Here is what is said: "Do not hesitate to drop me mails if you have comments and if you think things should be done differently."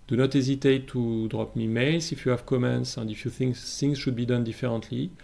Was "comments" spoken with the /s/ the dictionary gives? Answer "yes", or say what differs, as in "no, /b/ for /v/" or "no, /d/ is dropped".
yes